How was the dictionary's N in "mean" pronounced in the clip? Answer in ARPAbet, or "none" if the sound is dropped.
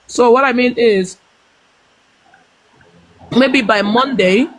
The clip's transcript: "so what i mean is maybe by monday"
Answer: N